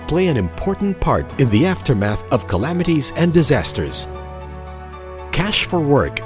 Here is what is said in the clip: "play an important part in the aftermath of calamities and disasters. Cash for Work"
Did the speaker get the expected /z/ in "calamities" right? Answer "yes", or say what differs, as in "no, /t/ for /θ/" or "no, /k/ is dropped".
yes